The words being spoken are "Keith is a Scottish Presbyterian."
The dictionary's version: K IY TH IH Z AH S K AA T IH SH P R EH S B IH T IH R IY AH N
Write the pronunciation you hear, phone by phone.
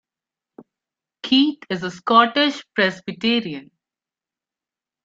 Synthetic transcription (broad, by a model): K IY T IH Z AH S K AA T IH SH P R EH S B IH T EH R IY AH N